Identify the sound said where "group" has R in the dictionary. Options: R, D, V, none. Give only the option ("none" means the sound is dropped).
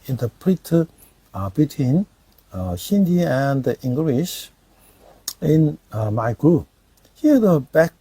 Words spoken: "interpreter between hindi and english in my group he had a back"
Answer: none